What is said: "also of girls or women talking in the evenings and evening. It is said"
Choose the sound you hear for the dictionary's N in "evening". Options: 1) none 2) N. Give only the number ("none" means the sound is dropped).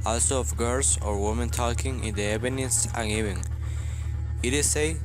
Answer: 1